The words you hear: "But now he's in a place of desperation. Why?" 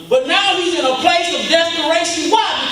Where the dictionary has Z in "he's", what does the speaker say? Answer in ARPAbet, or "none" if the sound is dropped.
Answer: Z